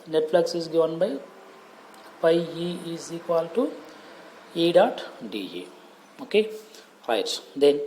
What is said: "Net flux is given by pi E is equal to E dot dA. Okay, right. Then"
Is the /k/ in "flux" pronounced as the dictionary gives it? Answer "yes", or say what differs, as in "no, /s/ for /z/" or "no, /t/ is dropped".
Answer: yes